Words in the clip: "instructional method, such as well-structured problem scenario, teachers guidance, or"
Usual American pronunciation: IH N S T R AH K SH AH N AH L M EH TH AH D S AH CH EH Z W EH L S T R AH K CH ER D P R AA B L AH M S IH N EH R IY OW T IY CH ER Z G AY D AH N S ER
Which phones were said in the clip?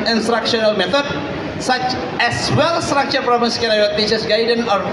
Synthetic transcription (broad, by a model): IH N S T R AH K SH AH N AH L M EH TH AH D S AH CH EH S W EH L S T R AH K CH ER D P R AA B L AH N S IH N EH W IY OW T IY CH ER S G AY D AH N AO